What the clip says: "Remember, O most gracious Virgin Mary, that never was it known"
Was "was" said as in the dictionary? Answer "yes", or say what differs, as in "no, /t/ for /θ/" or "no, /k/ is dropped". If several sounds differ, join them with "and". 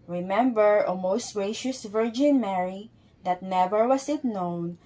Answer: no, /s/ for /z/